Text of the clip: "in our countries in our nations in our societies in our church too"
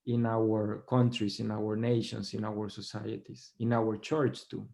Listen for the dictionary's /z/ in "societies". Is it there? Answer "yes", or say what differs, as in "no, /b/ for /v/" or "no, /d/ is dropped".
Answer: no, /s/ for /z/